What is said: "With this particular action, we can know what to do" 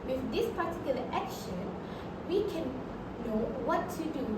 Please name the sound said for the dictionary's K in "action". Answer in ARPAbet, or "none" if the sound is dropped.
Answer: K